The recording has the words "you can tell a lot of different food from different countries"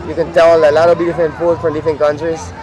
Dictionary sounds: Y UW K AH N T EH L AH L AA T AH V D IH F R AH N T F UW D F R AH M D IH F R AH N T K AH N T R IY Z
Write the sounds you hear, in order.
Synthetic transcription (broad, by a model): Y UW K AH N T EH L AH L AA T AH B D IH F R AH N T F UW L F R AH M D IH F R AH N K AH N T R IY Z